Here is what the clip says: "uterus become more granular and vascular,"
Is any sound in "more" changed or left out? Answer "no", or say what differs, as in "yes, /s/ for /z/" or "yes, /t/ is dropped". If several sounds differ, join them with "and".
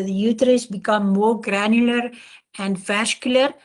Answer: no